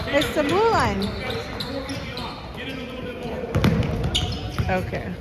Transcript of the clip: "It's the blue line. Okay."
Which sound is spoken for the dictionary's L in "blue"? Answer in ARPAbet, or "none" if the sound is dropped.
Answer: none